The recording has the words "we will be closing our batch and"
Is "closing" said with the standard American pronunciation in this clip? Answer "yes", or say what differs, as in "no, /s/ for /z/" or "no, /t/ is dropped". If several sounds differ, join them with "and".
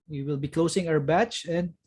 no, /s/ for /z/